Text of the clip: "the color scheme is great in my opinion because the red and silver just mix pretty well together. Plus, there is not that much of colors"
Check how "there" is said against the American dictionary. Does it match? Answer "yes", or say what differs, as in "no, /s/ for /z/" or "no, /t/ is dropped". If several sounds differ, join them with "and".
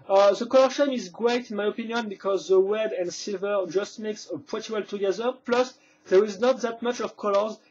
yes